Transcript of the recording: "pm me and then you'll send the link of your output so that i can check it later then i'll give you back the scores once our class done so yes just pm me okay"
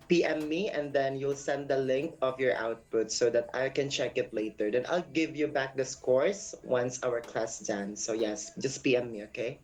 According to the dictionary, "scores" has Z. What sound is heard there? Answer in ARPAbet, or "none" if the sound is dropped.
S